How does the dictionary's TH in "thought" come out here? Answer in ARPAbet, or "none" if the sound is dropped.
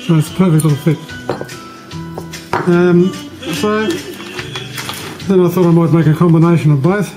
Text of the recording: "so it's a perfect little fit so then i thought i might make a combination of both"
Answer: TH